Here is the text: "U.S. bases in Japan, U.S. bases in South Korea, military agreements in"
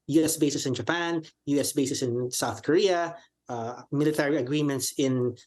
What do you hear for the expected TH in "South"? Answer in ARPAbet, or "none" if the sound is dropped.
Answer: TH